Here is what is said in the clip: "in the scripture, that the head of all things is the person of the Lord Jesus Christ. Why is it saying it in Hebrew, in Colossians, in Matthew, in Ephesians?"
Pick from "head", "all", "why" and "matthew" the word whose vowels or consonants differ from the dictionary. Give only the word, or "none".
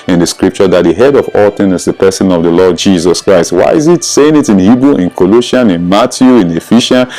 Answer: matthew